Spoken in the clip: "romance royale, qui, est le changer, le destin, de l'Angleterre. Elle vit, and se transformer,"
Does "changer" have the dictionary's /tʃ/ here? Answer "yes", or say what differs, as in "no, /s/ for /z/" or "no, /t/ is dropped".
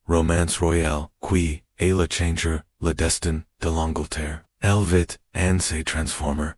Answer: yes